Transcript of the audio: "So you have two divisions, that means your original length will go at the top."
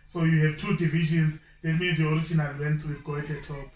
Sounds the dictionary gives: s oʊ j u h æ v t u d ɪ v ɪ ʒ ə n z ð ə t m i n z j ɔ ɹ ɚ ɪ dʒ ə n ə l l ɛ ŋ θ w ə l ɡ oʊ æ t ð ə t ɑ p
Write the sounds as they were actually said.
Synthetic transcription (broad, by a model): s oʊ j u h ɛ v t u d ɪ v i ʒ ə n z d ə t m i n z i ɔ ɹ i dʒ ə n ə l w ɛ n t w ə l ɡ oʊ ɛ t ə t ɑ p